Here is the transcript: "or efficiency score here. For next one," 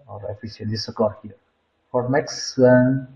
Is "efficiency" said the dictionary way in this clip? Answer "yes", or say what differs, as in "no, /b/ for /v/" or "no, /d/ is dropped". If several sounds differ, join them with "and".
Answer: no, /s/ is dropped